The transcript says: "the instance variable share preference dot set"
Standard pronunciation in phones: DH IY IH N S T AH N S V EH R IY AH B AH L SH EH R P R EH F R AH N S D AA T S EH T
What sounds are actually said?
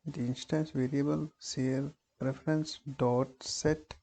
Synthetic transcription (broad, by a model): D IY IH N S T AH N S V EH R IY AH B AH L S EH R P R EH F R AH N S D AA T S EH T